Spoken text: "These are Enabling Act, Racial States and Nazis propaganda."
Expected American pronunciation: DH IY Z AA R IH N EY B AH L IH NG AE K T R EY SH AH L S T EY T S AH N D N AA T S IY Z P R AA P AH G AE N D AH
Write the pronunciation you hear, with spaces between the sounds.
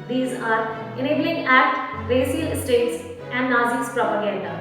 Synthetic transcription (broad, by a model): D IY Z AA R IH N EY B AH L IH NG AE T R EY S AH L S T EY T S AH N D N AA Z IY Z P R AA P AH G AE N D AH